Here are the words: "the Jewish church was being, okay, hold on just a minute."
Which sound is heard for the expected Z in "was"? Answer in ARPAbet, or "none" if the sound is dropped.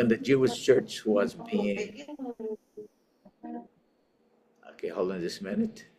Z